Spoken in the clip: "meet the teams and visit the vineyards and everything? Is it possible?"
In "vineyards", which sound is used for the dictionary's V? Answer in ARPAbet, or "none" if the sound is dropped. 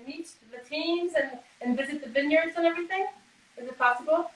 V